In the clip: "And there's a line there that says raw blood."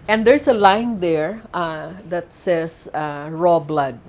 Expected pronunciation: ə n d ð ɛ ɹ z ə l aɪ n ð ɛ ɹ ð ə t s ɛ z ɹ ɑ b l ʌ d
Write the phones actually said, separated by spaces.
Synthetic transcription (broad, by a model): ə n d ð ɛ ɹ s ə l aɪ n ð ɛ ɹ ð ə t s ɛ s ɹ ɑ b l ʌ d